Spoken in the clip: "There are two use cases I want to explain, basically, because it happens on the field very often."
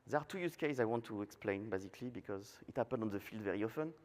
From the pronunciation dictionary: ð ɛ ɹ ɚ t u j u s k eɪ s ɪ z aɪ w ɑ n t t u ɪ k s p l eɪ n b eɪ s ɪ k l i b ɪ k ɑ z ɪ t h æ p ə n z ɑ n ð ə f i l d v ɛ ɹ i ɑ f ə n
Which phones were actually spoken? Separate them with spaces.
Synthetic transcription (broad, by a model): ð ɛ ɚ t u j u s k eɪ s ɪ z aɪ w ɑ n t t u ɪ k s p l eɪ n b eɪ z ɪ k l i b ɪ k ɑ z ɪ t h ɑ p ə n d ɑ n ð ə f i l d v ɛ ɹ i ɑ f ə n